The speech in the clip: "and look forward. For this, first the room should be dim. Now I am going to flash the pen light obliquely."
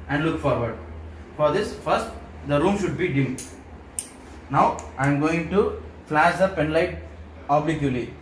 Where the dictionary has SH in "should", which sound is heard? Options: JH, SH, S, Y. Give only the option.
SH